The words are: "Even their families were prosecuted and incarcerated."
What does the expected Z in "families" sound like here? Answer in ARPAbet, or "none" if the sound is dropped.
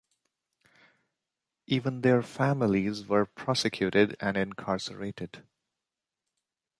Z